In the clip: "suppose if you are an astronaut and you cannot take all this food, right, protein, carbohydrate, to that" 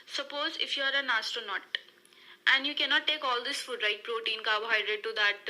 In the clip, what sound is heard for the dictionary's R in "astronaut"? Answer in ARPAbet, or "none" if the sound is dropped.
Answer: none